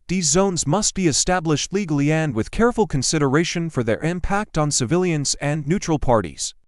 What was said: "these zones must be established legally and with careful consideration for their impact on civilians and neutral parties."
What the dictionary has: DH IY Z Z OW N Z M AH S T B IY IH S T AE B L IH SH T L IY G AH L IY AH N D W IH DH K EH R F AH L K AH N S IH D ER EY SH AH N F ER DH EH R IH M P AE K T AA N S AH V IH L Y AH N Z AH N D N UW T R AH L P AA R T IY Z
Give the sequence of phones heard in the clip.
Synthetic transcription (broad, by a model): DH IY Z Z OW N Z M AH S T B IY IH S T AE B L IH SH T L IY G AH L IY AH N D W IH DH K EH R F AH L K AH N S IH D ER EY SH AH N F ER DH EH R IH M P AE K T N S AH V IH L Y AH N Z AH N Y UW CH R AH L P AA R T IY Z